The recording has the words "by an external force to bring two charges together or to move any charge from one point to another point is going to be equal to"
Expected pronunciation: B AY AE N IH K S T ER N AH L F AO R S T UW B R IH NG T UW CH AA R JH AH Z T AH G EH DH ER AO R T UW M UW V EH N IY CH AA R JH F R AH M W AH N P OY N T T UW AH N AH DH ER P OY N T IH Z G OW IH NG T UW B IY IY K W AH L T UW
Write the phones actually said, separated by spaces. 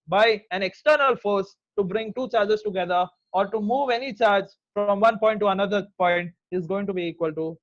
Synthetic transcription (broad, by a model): B AY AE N IH K S T ER N AH L F AO R S T UW B R IH NG T UW CH AA R JH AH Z T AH G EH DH ER AO R T UW M UW V EH N IY CH AA R JH F R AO M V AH N P OY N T T UW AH N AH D ER P OY N T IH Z G OW IH NG T UW B IY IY K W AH L T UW